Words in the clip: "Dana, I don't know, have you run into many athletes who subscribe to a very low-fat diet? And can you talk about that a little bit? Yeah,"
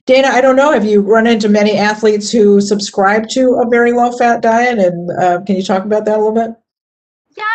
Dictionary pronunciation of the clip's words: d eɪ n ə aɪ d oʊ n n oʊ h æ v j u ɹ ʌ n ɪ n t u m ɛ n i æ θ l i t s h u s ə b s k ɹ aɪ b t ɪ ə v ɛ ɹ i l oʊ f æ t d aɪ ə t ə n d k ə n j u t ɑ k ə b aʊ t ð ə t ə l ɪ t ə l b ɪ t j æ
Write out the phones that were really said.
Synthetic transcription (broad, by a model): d eɪ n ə aɪ d oʊ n n oʊ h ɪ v j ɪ ɹ ʌ n ɪ n t u m ɛ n i æ θ l i t s h u s ə b s k ɹ aɪ b t ɪ ə v ɛ ɹ i l oʊ f æ t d aɪ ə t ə n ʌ k ə n j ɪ t ɑ k ə b aʊ t ð ə t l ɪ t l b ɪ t